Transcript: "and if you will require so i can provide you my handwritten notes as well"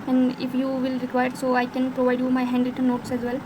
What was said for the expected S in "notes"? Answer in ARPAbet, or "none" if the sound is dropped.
S